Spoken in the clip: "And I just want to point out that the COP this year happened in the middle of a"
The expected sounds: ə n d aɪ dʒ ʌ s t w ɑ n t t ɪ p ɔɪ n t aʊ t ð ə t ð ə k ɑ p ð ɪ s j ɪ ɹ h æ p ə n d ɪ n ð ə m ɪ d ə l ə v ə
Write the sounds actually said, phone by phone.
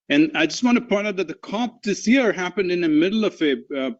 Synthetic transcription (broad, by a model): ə n aɪ dʒ ʌ s t w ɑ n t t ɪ p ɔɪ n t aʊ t ð ə t ð ə k ɑ p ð ɪ s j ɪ ɹ h æ p ə n d ɪ n ð ə m ɪ d l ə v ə